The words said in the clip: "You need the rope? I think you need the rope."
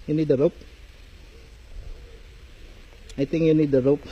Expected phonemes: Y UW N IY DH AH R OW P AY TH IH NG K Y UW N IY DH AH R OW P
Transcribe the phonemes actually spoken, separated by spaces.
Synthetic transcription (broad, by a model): Y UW N IY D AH R OW P AY T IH NG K Y UW N IY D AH R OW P